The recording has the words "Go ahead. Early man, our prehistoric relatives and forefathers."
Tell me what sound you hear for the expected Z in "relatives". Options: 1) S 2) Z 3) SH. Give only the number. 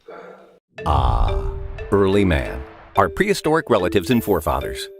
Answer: 2